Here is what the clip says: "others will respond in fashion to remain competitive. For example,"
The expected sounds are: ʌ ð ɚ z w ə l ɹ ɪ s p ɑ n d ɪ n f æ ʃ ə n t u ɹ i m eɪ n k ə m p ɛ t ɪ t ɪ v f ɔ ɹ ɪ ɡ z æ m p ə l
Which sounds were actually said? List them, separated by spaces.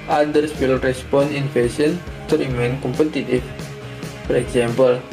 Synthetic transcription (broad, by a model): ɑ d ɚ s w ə l ɹ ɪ s p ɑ n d ɪ n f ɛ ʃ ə n t u ɹ i m eɪ n k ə m p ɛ t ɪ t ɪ f f ɔ ɹ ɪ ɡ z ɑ m p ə l